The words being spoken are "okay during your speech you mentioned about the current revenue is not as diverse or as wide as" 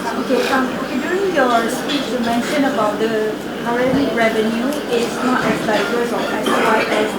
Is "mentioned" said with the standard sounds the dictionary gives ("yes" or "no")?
no